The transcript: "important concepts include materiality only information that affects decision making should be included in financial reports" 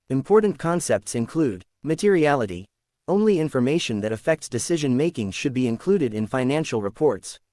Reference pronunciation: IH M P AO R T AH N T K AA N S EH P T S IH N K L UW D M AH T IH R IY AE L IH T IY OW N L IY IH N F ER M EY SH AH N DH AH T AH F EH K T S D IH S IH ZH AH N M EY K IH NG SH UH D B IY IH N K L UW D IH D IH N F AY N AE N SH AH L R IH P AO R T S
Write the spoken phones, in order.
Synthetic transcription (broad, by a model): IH M P AO R T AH N K AA N S EH P T S IH N K L UW D M AH T IH R IY AE L IH T IY OW N L IY IH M F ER M EY SH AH N DH AH T AH F EH K T S D IH S IH ZH AH N M EY K IH NG SH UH D B IY IH N K L UW D IH D IH N F AY N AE N SH L R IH P AO R T S